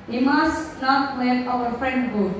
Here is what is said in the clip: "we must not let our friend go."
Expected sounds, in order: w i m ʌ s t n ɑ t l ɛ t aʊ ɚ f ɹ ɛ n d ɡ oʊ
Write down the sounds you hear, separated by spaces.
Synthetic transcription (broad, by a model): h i m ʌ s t n ɑ t w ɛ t aʊ ɚ f ɹ ɛ n d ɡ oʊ